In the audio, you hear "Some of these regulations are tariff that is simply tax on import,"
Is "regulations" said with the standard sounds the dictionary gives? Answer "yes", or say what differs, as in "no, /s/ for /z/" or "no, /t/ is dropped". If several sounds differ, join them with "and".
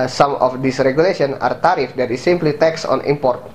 no, /z/ is dropped